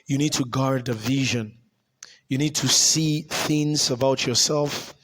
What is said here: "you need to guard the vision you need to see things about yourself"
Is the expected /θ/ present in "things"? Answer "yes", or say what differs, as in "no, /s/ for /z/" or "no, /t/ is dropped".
yes